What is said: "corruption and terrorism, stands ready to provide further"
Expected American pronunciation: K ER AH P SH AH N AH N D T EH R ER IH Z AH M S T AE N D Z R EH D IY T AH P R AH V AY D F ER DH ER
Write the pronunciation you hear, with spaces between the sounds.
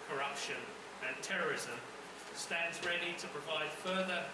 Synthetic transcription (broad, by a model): K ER AH P SH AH N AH N T EH R ER IH Z AH M S T AE N D Z R EH D IY T AH P R AH V AY D F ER DH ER